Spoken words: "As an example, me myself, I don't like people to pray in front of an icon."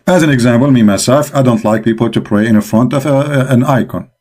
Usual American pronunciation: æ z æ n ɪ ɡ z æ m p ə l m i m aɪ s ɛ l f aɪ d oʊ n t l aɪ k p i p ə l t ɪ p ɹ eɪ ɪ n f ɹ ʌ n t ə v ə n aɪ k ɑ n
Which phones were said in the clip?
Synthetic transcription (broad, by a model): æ z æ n ɪ ɡ z æ m p ə l m i m aɪ s ɛ l f aɪ d oʊ n t l aɪ k p i p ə l t ɪ p ɹ eɪ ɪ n f ɹ ʌ n t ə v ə n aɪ k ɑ n